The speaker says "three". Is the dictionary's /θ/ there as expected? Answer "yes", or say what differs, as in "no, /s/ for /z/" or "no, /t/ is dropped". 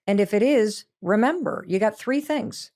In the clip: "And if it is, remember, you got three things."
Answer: yes